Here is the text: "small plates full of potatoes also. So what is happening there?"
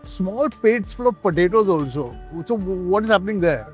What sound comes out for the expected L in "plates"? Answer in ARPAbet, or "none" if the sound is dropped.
none